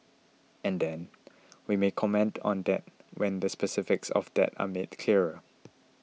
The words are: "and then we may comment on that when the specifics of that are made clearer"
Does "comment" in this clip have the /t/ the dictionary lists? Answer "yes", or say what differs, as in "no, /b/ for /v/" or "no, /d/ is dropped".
yes